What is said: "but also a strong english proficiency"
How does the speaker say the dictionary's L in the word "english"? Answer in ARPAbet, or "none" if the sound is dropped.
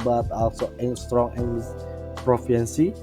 none